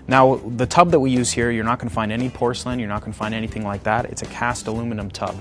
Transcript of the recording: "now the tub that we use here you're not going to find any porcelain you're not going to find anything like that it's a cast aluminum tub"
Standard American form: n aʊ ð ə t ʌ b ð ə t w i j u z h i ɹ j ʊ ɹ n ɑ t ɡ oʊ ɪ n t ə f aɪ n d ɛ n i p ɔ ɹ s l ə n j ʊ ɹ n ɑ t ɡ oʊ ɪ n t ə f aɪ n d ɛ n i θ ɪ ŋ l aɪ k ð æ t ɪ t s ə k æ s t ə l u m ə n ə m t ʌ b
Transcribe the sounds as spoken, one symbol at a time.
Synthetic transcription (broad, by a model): n aʊ ð ə t ʌ b ð ə t w i j u z h i ɹ j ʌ ɹ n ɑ t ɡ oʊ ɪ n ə f aɪ n d ɛ n i p ɔ ɹ s l ə n j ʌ ɹ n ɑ t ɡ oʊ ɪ n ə f aɪ n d ɛ n i θ ɪ ŋ l aɪ k ð æ t ɪ t s ə k æ s t ə l u m ə n ə m t ʌ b